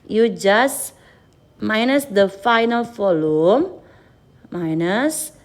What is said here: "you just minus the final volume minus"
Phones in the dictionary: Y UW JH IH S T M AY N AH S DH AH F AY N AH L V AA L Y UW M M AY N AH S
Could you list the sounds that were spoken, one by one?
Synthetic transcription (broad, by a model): Y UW JH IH S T M AY N AH S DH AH F AY N AH L F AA L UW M M AY N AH S